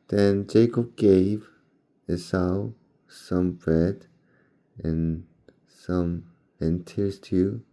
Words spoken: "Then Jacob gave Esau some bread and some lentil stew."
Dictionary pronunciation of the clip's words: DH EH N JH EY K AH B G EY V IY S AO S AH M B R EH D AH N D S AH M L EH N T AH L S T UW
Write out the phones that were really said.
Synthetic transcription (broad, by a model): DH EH N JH EY K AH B G EY V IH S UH S AH M B R EH D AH N S AH M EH N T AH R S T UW